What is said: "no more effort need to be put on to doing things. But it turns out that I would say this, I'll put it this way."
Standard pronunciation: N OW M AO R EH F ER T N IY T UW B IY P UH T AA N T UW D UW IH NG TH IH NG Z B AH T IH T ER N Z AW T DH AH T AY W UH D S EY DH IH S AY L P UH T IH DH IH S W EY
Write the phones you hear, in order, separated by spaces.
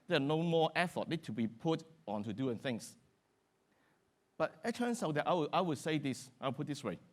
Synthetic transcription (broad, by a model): N OW M AO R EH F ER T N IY T UW B IY P UH T AA N T UW D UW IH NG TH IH NG S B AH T IH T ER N S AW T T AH T AY W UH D S EY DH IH S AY W P UH T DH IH S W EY